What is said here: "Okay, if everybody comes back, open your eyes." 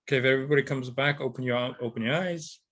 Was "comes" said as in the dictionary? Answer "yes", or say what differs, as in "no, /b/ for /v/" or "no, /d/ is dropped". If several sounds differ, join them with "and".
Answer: yes